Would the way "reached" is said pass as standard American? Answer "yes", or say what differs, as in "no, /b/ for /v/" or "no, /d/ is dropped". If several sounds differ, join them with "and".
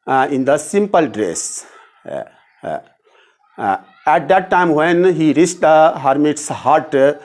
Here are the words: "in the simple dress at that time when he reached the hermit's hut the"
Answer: no, /s/ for /tʃ/